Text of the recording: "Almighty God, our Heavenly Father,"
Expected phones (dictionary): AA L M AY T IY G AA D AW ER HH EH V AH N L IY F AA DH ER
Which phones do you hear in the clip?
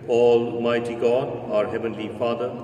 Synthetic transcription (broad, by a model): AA L M AY T IY G AA D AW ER HH EH V AH N L IY F AA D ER